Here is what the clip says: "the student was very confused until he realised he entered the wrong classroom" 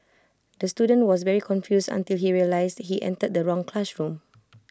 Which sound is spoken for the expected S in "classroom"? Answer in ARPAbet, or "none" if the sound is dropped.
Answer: SH